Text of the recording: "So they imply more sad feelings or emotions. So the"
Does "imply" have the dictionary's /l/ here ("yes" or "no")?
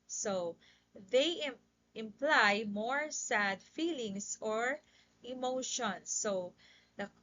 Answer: yes